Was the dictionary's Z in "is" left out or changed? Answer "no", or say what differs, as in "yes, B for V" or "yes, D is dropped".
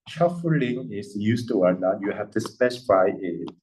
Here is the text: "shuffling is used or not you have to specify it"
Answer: yes, S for Z